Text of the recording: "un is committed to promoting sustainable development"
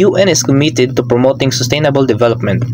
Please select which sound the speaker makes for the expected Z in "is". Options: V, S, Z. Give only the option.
S